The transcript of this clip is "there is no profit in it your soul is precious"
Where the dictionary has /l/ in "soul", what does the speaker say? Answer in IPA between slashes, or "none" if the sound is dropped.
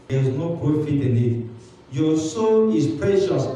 /n/